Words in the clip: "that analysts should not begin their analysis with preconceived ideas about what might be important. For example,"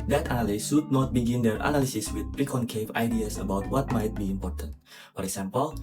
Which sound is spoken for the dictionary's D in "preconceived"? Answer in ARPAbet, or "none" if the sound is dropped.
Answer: none